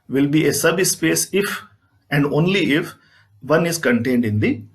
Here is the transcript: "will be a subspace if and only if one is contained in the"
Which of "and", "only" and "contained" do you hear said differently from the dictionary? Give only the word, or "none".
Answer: none